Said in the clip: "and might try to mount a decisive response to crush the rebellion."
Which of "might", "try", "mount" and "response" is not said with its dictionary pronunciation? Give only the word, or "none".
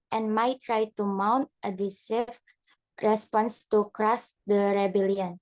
none